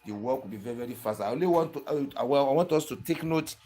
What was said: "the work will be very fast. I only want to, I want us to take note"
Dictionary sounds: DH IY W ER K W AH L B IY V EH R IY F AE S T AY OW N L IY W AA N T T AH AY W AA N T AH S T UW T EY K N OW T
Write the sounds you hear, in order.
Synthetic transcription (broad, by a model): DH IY W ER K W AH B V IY V EH R IY F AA S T AY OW L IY W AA N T T AH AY W AA N T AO S T UW T EY K N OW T